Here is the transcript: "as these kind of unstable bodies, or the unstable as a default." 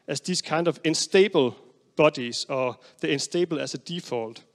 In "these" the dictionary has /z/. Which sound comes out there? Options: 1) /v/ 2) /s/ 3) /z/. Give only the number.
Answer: 2